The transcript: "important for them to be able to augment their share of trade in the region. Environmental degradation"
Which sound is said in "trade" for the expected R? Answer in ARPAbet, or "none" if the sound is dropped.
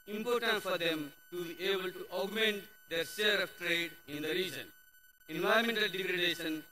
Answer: R